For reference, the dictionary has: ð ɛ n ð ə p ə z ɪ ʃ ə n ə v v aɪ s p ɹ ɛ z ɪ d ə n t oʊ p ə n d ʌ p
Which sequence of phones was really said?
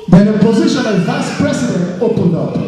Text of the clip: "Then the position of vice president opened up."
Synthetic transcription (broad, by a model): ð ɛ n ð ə p ə z ɪ ʃ ə n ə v v aɪ s p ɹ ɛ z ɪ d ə n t oʊ p ə n d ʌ p